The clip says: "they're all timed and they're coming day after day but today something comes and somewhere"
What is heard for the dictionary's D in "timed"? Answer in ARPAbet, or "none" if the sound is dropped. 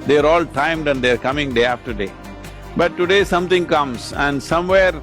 D